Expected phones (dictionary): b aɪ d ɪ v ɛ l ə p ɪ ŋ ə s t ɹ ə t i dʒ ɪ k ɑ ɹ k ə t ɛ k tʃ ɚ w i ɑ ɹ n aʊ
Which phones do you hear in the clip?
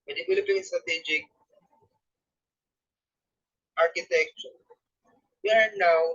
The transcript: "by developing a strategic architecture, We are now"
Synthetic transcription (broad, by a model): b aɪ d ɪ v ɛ l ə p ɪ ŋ s t ɹ ə t i dʒ ɪ k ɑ ɹ k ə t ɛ k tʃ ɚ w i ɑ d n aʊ